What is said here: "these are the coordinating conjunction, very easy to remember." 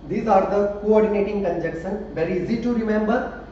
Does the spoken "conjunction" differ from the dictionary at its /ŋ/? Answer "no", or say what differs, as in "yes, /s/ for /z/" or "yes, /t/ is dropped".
yes, /ŋ/ is dropped